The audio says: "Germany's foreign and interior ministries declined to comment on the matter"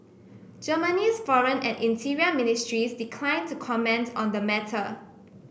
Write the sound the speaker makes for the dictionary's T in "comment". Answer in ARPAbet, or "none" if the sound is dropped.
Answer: T